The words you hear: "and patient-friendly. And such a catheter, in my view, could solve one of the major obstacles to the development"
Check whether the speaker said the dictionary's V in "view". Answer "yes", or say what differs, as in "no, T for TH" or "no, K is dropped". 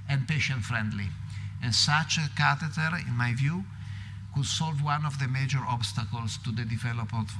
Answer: yes